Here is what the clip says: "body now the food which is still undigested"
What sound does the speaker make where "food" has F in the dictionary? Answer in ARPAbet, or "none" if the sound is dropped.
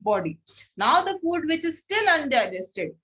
F